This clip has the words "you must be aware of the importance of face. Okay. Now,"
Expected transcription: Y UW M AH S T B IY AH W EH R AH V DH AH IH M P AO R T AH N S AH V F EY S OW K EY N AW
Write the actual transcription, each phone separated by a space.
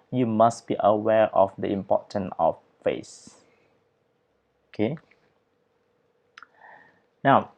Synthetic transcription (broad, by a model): Y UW M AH S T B IY AH W EH R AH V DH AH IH M P AO T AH N AH F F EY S OW K EY N AW